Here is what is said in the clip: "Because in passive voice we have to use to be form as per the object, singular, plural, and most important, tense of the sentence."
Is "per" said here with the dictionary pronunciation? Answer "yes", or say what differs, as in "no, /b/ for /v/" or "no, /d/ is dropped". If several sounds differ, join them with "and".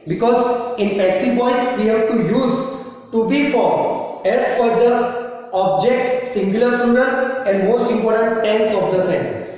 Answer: no, /f/ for /p/